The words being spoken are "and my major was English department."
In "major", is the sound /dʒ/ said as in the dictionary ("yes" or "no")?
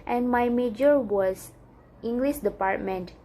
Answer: yes